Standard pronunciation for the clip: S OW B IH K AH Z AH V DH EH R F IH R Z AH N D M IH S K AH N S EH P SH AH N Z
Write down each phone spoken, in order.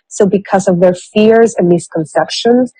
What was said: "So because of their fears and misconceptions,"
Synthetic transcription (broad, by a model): S OW B IH K AH Z AH V DH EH R F IH R Z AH N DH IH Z K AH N S EH P SH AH N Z